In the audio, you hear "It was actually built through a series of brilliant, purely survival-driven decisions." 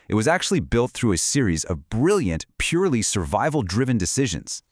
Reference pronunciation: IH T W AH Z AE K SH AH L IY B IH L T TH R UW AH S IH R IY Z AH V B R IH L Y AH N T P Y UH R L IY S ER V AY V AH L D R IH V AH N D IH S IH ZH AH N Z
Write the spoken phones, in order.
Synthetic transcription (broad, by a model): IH T W AH Z AE K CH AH L IY B IH L T TH R UW AH S IH R IY Z AH V B R IH L Y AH N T P Y UH R L IY S ER V AY V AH L D R IH V AH N D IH S IH ZH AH N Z